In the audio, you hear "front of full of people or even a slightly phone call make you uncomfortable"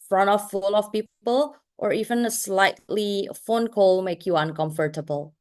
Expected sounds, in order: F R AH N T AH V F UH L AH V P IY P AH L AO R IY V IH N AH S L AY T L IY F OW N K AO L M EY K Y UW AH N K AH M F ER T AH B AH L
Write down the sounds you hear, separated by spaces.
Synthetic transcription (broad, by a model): F R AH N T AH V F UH L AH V P IY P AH L AO R IY V IH N AH S L AY T L IY F OW N K AO L M EY K Y UW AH N K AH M F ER T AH B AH L